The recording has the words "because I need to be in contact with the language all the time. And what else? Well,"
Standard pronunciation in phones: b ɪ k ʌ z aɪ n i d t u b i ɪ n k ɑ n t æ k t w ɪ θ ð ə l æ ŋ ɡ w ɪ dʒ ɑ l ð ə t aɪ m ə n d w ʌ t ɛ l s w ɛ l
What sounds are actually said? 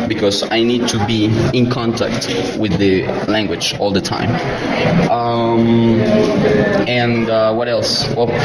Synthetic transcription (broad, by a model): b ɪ k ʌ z aɪ n i d t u b i ɪ n k ɑ n t æ k t w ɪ ð ə l æ ŋ ɡ w ɪ dʒ ɑ l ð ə t aɪ m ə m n w ʌ t ɛ l s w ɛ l